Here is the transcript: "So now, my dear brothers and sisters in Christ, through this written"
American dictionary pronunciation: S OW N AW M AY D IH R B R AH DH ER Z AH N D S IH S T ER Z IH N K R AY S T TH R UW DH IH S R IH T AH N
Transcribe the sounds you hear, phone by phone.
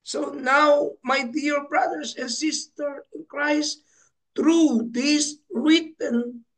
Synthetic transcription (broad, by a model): S OW N AW M AY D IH R B R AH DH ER S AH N S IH S T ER IH N K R AY S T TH R UW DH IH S R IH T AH N